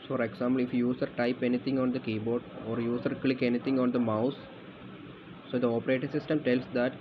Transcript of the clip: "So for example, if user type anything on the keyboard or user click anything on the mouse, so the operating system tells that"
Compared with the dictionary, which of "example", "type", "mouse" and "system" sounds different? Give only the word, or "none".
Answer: example